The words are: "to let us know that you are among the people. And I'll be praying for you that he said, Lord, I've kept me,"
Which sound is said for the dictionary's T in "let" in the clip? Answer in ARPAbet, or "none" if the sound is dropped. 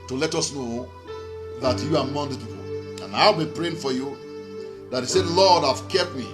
T